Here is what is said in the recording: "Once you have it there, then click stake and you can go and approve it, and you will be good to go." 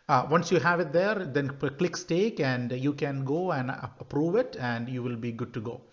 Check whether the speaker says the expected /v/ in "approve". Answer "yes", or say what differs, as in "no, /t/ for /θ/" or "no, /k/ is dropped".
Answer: yes